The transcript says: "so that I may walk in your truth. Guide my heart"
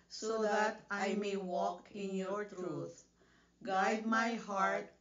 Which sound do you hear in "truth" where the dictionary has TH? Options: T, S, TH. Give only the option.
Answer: T